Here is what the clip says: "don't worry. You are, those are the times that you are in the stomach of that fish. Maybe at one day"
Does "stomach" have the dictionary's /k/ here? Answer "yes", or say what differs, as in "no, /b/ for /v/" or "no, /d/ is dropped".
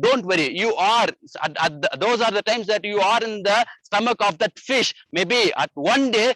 yes